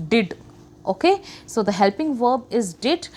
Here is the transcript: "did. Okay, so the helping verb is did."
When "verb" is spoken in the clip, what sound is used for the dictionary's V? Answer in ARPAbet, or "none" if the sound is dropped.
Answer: V